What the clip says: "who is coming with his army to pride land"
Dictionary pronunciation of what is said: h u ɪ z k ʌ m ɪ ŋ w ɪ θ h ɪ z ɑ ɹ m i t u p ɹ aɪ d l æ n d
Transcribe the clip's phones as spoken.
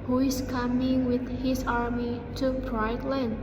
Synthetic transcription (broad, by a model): h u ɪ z k ʌ m ɪ ŋ w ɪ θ h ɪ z ɑ ɹ m i t u b ɹ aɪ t l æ n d